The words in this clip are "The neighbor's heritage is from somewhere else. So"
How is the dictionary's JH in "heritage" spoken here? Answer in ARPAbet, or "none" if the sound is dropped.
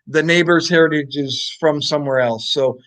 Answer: JH